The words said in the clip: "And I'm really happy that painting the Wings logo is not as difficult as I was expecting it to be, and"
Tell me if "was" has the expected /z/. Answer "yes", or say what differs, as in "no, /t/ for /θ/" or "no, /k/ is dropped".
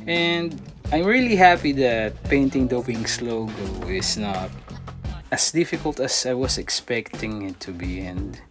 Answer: no, /s/ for /z/